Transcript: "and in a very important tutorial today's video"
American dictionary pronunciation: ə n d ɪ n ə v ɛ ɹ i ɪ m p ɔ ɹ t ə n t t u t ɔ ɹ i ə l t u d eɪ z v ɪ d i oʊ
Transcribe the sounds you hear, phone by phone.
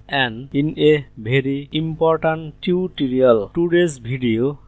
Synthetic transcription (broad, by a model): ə n d ɪ n ə b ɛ ɹ i ɪ m p ɔ ɹ t ə n t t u t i ɹ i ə l t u d eɪ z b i d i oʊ